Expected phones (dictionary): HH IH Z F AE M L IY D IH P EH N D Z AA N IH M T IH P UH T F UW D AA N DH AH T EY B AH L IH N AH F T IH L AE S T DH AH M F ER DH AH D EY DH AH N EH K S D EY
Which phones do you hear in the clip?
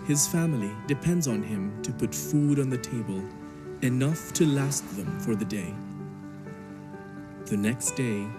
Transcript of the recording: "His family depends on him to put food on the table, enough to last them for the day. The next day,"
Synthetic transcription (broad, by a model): HH IH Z F AE M L IY D IH P EH N D Z N IH M T IH P UH T F UW D N DH AH T EY B AH L IH N AH F T IH L AE S T DH AH M F ER DH AH D EY DH AH N EH K S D EY